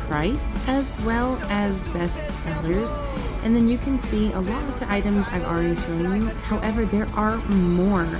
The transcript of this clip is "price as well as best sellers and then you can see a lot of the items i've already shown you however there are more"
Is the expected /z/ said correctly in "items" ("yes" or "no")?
yes